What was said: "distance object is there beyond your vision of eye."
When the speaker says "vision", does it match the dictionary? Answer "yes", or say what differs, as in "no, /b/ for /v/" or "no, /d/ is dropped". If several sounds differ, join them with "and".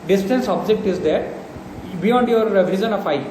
no, /z/ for /ʒ/